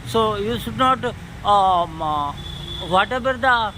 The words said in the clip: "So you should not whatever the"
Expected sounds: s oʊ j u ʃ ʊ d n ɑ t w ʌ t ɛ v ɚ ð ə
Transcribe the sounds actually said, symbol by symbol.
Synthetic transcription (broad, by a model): s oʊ j u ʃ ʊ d n ɑ t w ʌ t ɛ b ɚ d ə